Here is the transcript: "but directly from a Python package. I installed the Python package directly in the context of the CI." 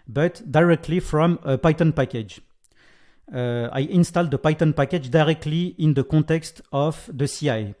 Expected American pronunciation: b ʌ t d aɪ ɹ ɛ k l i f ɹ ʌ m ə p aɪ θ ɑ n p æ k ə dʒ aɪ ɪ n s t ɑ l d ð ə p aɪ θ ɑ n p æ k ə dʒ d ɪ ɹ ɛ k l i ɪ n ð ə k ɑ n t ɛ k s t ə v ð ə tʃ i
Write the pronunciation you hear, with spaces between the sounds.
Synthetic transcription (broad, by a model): b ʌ t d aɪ ɹ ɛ k l i f ɹ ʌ m ə p aɪ t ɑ n p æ k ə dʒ aɪ ɪ n s t ɑ l d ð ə p aɪ t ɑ n p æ k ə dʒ d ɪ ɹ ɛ k l i ɪ n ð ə k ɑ t ɛ k s t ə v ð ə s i